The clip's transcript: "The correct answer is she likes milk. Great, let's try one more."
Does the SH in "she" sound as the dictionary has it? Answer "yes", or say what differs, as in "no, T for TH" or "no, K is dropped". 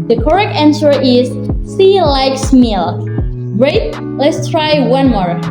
no, S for SH